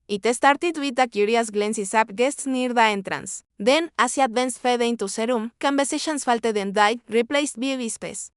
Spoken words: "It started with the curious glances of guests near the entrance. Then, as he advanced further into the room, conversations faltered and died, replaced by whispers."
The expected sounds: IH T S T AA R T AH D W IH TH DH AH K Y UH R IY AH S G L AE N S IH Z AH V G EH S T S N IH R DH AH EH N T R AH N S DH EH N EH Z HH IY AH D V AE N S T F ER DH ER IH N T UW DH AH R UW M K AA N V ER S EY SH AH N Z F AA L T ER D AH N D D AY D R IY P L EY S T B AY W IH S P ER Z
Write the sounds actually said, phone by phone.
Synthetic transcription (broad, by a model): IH T S T AA R T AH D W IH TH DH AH K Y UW R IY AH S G L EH N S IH S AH P G EH S T S N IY R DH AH EH N T R AH N S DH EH N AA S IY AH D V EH N S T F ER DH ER IH N T UW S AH R UW M K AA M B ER S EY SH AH N S F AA L T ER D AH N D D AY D R IY P L EY S T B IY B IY S P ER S